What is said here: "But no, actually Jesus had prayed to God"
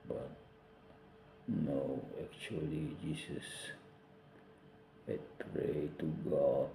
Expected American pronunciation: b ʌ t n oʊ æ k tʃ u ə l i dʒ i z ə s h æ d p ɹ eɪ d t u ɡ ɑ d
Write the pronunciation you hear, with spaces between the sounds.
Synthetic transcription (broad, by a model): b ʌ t n oʊ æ k tʃ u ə l i dʒ i s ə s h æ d p ɹ eɪ t u ɡ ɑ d